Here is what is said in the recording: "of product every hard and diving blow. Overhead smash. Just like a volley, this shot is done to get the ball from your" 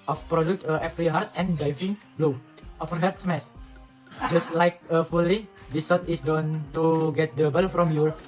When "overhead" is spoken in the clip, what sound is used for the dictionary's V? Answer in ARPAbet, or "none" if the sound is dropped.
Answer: F